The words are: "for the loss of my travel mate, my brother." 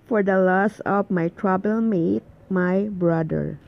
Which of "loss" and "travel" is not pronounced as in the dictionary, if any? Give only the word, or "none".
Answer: travel